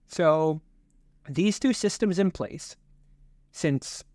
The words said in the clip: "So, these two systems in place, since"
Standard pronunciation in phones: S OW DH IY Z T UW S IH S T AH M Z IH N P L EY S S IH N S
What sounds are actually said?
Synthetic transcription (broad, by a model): S OW DH IY Z T UW S IH S T AH M Z IH N P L EY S S IH N S